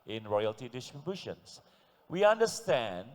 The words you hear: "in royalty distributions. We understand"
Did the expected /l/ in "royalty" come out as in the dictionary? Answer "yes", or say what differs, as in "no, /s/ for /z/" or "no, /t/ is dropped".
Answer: yes